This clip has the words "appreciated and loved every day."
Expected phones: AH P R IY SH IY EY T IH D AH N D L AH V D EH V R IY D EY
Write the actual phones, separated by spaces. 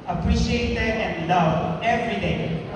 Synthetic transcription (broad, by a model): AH P R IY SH IY EY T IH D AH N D L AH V EH V R IY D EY